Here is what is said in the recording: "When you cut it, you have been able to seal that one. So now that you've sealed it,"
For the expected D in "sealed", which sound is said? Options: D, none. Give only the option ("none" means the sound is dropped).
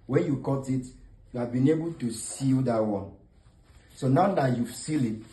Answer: none